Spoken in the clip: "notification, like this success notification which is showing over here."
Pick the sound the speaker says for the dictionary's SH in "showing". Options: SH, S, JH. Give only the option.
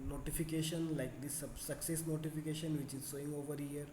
S